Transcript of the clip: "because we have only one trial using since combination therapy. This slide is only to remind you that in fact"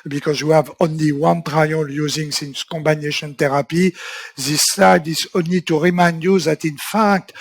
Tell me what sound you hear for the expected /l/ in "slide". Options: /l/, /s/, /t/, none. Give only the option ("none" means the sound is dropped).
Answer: none